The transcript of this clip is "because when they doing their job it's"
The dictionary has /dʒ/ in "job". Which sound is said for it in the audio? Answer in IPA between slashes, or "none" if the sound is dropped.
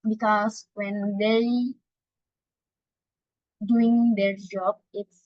/dʒ/